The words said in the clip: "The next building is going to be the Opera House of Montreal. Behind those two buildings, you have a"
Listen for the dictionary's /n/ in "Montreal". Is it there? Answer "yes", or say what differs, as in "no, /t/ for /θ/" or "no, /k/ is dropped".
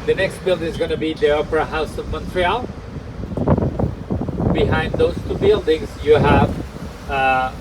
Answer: yes